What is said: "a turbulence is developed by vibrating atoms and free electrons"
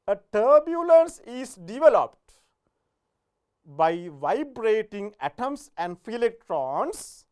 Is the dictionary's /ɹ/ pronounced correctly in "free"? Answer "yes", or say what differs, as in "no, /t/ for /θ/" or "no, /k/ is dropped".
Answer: no, /ɹ/ is dropped